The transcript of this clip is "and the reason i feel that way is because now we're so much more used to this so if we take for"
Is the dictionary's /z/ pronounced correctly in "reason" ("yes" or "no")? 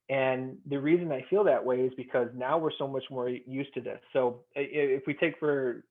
yes